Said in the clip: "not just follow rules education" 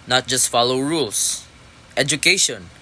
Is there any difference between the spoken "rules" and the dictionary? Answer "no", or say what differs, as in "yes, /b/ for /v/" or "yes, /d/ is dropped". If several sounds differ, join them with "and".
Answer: yes, /s/ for /z/